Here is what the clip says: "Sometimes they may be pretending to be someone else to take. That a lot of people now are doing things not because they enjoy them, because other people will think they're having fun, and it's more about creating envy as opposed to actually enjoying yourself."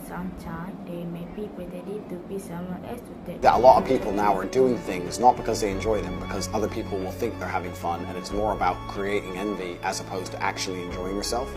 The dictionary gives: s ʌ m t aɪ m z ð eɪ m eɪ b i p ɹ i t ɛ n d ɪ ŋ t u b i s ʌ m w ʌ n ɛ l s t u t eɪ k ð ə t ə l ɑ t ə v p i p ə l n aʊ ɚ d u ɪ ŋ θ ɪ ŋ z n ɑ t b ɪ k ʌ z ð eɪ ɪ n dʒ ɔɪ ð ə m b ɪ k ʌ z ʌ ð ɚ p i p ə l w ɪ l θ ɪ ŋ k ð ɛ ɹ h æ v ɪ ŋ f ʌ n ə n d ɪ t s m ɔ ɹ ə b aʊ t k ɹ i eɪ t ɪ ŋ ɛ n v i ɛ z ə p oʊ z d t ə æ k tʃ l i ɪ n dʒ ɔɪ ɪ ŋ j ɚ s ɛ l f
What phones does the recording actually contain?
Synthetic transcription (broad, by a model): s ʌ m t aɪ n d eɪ m eɪ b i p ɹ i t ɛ d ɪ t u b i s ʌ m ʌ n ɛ s t u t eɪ ð ə t ə l ɑ t ə v p i p l n aʊ ɚ d u ɪ ŋ θ ɪ ŋ z n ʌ t b ɪ k ʌ z ð eɪ ɪ n dʒ ɔɪ ð ə m b ɪ k ʌ z ʌ ð ɚ p i p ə l w ɪ l θ ɪ ŋ k ð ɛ ɹ h æ v ɪ ŋ f ʌ n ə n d ɪ t s m ɔ ɹ ə b aʊ t k ɹ i eɪ t ɪ ŋ ɛ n v i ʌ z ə p oʊ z t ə æ k tʃ l i ɪ n dʒ ɔɪ ɪ ŋ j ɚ s ɛ l f